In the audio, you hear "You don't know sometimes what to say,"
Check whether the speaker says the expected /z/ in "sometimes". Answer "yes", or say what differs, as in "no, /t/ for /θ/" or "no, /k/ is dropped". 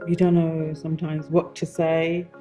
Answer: yes